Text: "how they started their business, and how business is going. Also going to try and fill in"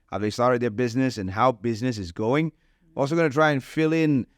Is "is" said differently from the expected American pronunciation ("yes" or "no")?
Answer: no